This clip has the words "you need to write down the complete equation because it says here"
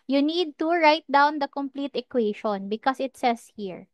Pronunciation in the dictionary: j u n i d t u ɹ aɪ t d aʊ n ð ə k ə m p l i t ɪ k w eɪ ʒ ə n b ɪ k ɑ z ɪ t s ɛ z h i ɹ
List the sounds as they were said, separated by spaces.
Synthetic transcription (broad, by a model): j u n i d t u ɹ aɪ t d aʊ n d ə k ə m p l i t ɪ k w eɪ ʃ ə n b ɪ k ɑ s ɪ t s ɛ s h i ɹ